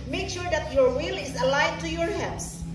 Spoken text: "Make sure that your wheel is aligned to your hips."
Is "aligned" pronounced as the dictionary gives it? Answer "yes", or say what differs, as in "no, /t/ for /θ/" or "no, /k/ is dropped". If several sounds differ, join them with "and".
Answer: no, /n/ is dropped